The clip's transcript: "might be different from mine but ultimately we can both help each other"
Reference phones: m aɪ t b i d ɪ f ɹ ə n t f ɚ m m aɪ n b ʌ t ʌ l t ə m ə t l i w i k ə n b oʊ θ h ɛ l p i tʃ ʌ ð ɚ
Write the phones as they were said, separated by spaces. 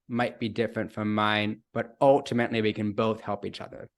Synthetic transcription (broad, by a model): m aɪ t b i d ɪ f ɹ ə n t f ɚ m m aɪ n b ʌ t ʌ l t ə m ə t l i w i k ə n b oʊ θ h ɛ l p i tʃ ʌ ð ɚ